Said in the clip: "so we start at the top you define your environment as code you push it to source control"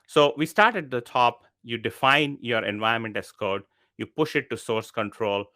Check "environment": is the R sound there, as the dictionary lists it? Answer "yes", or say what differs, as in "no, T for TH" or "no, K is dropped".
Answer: no, R is dropped